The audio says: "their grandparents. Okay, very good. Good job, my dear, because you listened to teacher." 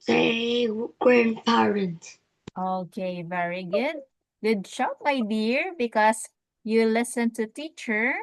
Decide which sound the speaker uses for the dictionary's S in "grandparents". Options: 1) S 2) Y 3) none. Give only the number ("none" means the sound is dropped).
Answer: 3